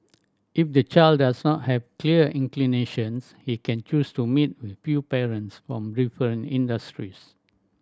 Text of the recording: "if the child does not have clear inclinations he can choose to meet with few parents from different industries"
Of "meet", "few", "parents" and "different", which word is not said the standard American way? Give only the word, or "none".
different